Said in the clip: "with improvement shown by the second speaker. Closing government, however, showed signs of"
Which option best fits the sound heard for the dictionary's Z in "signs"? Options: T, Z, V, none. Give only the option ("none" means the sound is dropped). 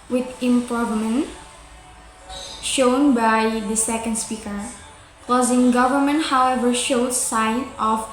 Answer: none